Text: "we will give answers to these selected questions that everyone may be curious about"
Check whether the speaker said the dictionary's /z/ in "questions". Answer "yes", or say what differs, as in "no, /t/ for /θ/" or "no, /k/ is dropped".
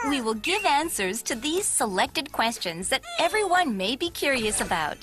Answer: yes